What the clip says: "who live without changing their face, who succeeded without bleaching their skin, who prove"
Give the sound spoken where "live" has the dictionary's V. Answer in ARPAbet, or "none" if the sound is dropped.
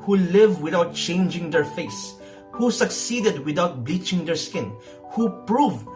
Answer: V